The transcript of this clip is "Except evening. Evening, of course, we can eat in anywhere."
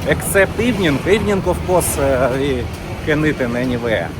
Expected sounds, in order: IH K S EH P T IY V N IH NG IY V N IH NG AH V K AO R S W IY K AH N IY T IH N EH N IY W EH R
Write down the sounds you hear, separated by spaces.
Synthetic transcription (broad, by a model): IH K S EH P T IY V N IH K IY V N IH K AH F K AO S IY K AH N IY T IH N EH N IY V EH